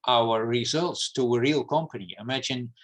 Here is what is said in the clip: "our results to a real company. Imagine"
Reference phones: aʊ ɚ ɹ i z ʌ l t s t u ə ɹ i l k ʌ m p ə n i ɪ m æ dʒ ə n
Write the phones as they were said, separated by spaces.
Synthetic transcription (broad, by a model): aʊ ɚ ɹ i z ʌ l t s t u ə ɹ i l k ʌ m p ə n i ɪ m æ dʒ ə n